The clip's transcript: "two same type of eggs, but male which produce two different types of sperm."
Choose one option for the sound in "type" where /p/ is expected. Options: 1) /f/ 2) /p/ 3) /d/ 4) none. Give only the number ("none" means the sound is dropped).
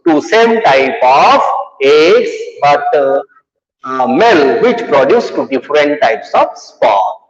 2